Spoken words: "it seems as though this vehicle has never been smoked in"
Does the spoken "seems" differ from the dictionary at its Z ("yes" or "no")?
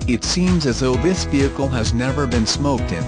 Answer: no